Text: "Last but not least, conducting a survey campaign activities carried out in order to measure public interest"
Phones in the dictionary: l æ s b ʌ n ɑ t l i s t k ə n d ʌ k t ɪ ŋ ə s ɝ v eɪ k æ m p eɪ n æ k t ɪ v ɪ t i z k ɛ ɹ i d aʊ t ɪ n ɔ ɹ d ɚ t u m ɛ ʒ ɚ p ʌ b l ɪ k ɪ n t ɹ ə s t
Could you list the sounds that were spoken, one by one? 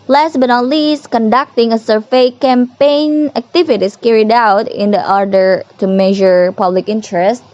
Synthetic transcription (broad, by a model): l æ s b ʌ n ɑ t l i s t k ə n d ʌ k t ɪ ŋ ə s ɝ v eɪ k æ m p eɪ n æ k t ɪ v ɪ t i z k ɛ ɹ i d aʊ t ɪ n ɔ ɹ d ɚ t u m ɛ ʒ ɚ p ʌ b l ɪ k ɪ n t ɹ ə s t